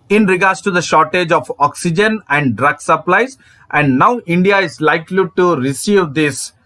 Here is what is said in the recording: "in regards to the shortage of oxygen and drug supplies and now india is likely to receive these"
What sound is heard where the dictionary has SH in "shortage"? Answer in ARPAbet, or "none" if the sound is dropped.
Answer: SH